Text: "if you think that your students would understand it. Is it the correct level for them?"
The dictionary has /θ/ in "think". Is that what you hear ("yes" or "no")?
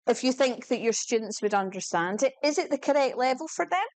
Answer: yes